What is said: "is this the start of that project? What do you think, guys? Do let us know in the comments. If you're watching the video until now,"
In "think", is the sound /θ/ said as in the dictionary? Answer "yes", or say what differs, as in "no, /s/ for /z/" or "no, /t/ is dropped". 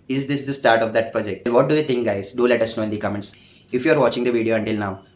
no, /t/ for /θ/